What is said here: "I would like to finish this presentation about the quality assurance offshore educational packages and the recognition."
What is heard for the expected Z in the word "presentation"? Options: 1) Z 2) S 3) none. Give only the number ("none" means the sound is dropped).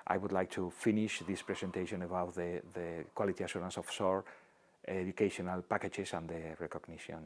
2